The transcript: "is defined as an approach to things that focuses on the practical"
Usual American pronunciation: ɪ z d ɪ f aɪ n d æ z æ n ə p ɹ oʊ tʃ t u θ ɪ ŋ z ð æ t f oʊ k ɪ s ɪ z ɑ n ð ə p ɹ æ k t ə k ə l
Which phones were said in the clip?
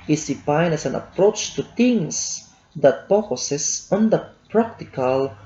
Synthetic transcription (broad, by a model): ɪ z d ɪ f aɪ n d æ s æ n ə p ɹ oʊ tʃ t u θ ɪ ŋ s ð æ t p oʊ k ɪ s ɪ s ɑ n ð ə p ɹ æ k t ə k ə l